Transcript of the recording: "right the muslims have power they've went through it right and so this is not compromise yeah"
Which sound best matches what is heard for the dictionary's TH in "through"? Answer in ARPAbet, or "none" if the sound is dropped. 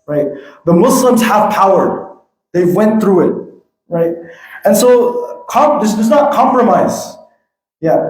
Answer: TH